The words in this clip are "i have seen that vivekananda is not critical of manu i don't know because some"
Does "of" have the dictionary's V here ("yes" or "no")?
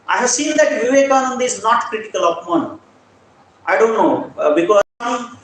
no